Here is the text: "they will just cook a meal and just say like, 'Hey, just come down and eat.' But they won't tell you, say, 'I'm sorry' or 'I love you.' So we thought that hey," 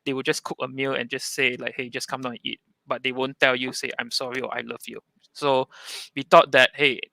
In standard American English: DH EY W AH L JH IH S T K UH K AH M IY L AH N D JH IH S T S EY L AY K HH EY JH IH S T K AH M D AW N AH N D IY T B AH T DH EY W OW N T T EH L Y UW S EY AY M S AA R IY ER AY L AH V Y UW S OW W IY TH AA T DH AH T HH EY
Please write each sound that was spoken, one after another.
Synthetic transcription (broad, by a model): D EY W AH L JH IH S K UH K AH M IY L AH N JH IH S S EY L AY K HH EY JH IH S K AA M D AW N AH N IY T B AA T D EY W OW N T T EH L Y UW S EY AY M S AA R IY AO AY L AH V Y UW S OW W IY T AA T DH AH T HH EY